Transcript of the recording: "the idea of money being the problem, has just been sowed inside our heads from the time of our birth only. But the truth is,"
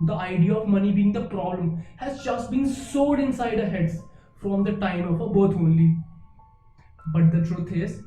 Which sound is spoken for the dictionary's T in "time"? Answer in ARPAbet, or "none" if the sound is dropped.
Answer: T